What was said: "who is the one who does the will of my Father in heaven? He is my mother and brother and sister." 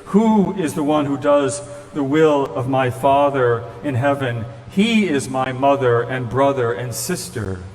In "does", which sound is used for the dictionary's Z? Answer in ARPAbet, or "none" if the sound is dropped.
Z